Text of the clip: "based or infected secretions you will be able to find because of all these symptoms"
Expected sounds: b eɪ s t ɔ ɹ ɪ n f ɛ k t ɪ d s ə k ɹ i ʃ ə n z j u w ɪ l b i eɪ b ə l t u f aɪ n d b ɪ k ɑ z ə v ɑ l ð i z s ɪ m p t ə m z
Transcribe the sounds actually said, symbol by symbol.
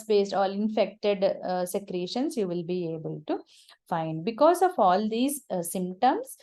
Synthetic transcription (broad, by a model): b eɪ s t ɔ l ɪ n f ɛ k t ɪ d s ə k ɹ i ʃ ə n s j u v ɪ l b i eɪ b ə l t u f aɪ n d b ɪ k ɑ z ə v ɑ l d i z s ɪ m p t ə m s